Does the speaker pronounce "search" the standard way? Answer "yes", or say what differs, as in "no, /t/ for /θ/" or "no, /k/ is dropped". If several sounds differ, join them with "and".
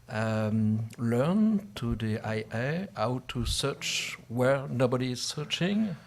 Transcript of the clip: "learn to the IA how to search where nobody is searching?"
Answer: yes